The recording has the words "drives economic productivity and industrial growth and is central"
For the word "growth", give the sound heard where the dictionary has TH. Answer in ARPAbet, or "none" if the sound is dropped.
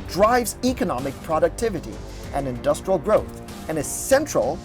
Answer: TH